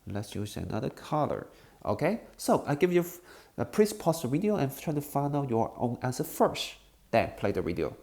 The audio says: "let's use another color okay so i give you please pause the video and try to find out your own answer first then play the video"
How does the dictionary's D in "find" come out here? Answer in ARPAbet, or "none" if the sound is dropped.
none